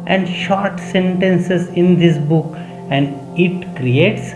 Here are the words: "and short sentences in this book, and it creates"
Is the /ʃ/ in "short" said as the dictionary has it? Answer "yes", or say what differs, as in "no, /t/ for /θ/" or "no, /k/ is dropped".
yes